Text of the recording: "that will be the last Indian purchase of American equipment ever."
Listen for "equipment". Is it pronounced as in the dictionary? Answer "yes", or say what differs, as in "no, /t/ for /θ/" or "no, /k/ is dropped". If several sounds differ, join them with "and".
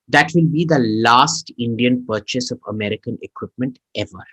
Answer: yes